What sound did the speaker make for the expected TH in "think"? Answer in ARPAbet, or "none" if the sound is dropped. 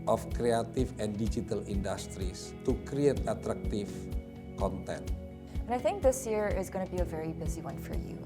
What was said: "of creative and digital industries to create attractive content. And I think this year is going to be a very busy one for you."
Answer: TH